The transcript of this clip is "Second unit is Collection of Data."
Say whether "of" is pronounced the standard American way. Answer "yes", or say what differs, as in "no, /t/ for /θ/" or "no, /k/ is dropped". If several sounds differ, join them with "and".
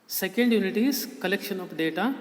no, /p/ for /v/